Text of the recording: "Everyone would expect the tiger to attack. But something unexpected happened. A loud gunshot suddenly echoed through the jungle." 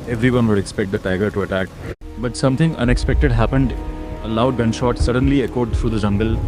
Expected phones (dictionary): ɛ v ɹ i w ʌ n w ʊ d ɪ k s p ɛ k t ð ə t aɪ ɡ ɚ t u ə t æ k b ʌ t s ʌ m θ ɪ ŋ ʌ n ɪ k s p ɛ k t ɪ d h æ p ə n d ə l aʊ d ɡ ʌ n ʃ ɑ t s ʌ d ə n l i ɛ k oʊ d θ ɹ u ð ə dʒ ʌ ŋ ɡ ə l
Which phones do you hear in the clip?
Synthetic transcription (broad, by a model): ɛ v ɹ i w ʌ n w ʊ d ɪ k s p ɛ k t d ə t aɪ ɡ ɚ t u ə t æ k b ʌ t s ʌ m t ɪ ŋ ʌ n ɪ k s p ɛ k t ɪ d h æ p ə n d ə l aʊ d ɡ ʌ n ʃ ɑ t s ʌ d ə n l i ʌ k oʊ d t ɹ u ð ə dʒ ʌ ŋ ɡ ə l